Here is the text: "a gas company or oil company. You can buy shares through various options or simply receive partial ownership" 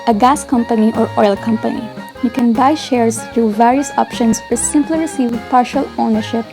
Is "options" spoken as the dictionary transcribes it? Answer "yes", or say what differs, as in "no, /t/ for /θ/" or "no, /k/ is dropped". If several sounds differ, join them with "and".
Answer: no, /s/ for /z/